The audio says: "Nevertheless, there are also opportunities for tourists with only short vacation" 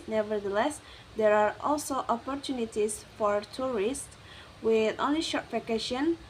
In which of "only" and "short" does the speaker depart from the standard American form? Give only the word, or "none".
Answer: none